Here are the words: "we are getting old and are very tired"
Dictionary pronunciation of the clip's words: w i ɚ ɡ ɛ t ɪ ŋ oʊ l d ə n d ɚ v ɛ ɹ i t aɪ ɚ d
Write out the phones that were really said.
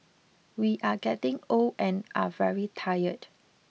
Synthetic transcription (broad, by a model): w i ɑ ɡ ɛ t ɪ ŋ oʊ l ə n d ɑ v ɛ ɹ i t aɪ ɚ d